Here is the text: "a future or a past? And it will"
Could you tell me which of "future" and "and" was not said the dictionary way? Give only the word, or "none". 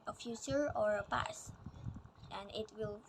future